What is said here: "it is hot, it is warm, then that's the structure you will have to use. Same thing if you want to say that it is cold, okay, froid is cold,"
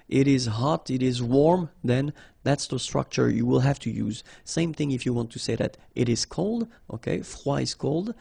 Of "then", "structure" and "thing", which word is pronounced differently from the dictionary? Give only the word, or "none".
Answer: none